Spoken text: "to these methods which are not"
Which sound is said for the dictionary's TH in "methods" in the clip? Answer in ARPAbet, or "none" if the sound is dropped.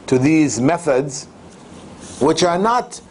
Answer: TH